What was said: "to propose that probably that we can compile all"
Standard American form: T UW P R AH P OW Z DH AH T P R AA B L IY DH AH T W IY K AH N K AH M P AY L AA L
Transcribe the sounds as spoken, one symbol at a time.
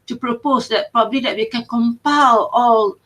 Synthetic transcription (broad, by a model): T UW P R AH P OW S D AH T P R AA B L IY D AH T W IY K AH N K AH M P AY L AA L